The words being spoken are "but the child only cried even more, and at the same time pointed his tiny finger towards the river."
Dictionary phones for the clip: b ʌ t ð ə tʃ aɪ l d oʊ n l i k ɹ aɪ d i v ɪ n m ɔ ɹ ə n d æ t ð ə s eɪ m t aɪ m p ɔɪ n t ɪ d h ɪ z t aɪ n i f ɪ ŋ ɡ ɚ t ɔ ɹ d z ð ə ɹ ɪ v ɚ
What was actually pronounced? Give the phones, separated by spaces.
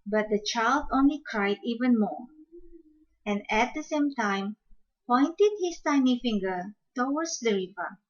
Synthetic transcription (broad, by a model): b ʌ t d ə tʃ aɪ l d oʊ n l i k ɹ aɪ d i v ɪ n m ɔ ɹ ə n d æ t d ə s eɪ m t aɪ m p ɔɪ n t ɪ d h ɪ s t aɪ n i f ɪ ŋ ɡ ɚ t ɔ w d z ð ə ɹ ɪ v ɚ